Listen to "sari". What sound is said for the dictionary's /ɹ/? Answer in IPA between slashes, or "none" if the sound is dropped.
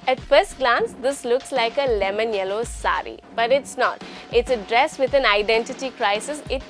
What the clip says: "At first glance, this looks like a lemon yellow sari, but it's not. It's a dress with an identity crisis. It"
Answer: /ɹ/